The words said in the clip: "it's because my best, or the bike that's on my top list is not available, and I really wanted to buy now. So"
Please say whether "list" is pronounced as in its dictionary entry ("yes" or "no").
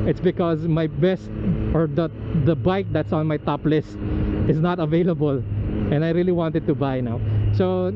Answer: yes